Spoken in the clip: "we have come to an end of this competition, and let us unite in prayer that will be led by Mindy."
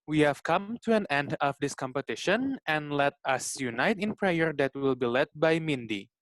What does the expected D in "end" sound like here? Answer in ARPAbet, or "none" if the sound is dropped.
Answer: D